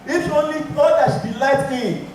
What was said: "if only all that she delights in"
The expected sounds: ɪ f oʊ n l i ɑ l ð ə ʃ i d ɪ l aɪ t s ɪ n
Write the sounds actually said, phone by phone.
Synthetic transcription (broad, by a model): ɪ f oʊ n l i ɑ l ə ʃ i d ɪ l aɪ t ɪ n